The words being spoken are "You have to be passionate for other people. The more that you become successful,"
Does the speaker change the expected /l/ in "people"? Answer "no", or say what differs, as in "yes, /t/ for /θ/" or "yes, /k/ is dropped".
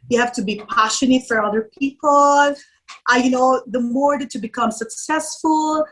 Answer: yes, /n/ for /l/